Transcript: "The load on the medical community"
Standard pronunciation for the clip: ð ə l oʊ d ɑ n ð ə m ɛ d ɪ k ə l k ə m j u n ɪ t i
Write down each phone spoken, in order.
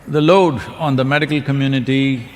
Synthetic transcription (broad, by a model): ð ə l oʊ d ɑ n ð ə m ɛ d ɪ k ə l k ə m j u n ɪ t i